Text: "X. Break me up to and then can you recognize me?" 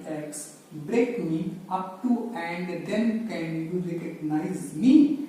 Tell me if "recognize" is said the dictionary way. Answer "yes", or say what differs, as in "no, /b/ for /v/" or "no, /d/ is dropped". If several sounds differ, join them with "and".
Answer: no, /l/ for /ɹ/